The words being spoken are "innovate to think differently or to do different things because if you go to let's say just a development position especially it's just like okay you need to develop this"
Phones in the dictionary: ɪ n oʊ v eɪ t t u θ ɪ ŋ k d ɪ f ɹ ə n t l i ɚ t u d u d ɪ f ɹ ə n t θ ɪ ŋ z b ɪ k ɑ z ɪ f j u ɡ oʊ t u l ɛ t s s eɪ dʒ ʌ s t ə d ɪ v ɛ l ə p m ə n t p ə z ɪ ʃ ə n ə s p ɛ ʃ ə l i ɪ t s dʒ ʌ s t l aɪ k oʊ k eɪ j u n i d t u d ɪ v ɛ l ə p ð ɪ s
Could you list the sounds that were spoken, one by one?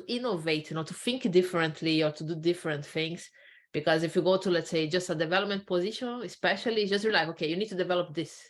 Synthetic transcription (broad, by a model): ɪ n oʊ v eɪ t t u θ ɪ ŋ k d ɪ f ɹ ə n t l i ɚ t u d u d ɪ f ɹ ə n t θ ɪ ŋ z b ɪ k ɑ z ɪ f j u ɡ oʊ t u l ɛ t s s eɪ dʒ ʌ s t ə d ɪ v ɛ l ə p m ə n t p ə z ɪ ʃ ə n ə s p ɛ ʃ ə l i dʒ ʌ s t l aɪ k oʊ k eɪ j u n i d t u d ɪ v ɛ l ə p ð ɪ s